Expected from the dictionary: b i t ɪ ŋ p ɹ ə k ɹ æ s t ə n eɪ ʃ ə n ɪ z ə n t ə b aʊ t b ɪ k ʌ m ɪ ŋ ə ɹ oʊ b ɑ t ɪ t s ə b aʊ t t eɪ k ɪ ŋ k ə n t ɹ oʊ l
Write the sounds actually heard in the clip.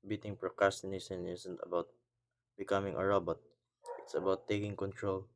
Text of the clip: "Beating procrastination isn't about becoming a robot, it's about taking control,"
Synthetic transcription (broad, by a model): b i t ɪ ŋ p ɹ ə k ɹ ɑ s t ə n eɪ s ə n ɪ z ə n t ə b aʊ t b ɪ k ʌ m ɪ ŋ ə ɹ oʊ b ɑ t ɪ t s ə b aʊ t t eɪ k ɪ ŋ k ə n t ɹ oʊ l